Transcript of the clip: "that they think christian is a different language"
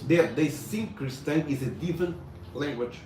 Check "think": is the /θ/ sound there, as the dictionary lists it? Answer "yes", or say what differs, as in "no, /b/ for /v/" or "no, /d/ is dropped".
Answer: no, /s/ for /θ/